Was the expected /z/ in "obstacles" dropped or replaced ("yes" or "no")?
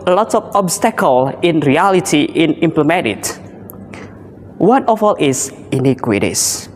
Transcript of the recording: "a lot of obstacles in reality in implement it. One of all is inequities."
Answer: yes